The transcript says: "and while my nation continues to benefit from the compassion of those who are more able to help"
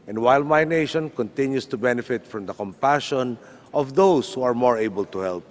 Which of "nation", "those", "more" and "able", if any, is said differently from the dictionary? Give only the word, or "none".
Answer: those